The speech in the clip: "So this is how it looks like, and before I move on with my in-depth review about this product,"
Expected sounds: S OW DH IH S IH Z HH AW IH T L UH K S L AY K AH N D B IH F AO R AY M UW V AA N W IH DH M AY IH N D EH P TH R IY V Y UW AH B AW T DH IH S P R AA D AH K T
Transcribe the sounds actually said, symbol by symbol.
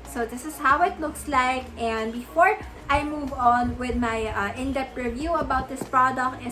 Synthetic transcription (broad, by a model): S OW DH IH S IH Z HH AW IH T L UH K S L AY K AH N D B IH F AO R AY M UW V AA N W IH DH M AY IH N D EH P T R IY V Y UW AH B AW T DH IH S P R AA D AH K T